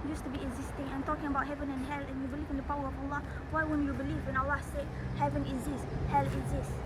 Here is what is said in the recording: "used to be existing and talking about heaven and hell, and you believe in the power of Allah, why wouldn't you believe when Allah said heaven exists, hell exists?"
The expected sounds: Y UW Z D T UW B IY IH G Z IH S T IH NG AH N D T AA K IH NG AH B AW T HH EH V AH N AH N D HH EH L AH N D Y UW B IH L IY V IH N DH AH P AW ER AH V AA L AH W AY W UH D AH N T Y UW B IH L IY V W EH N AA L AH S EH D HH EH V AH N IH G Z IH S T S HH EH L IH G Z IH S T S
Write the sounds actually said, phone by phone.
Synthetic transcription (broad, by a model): Y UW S T UW B IY IH G Z IH S T IH NG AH N T AA K IH NG AH B AW T HH EH V AH N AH N HH EH L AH N Y UW B IH L IY V IH N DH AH P AW ER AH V AA L AH W AY W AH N Y UW B IH L IY V W EH N AA L AH S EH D HH EH V AH N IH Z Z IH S S HH EH L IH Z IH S S